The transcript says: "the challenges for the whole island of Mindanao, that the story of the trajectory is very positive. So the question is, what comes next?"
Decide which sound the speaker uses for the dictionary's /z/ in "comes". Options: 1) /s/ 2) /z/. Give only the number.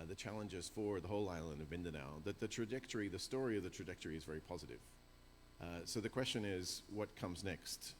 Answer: 2